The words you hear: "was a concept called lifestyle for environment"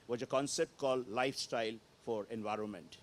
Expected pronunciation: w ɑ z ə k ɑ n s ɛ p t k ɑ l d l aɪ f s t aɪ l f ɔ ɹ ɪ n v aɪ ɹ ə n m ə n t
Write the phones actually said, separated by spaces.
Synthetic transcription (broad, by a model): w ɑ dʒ ə k ɑ n s ɛ p t k ɑ l d l aɪ f s t aɪ l f ɔ ɹ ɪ n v aɪ ɹ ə n m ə n t